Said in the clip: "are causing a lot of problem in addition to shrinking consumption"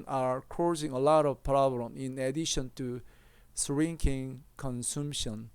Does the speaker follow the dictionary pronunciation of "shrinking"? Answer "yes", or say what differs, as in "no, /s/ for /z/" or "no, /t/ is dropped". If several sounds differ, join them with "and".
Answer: no, /s/ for /ʃ/